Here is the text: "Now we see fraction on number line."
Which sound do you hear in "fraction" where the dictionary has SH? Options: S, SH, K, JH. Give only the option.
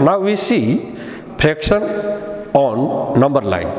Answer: S